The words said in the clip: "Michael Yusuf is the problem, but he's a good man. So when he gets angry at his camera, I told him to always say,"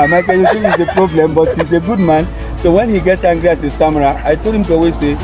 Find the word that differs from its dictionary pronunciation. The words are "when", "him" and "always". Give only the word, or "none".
always